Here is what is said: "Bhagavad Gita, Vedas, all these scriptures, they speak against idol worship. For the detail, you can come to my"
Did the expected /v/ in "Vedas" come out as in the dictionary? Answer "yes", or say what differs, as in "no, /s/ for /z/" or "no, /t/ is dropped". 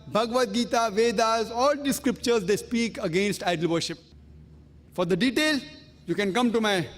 yes